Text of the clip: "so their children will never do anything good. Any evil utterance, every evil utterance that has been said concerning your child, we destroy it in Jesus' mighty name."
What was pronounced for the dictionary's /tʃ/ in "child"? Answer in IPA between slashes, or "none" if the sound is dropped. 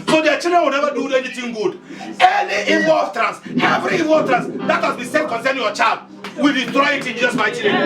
/tʃ/